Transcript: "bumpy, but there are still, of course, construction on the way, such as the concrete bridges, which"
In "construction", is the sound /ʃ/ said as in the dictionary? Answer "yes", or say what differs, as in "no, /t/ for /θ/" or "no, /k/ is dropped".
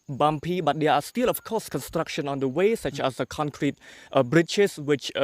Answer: yes